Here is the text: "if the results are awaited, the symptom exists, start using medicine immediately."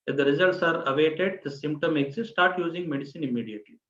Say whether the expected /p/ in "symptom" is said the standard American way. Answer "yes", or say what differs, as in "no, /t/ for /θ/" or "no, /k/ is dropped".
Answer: yes